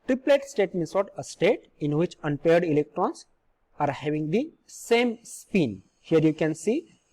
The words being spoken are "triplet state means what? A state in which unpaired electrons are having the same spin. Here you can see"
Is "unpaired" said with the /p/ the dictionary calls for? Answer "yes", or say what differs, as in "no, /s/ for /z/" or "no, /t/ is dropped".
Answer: yes